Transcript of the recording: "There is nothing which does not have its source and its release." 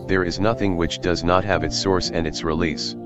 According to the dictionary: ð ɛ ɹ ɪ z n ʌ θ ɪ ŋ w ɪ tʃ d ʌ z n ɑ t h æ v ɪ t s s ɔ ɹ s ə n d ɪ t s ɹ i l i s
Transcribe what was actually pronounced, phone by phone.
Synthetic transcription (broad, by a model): ð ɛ ɹ ɪ z n ʌ θ ɪ ŋ w ɪ tʃ d ʌ z n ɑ t h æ v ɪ t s s ɔ ɹ s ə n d ɪ t s ɹ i l i s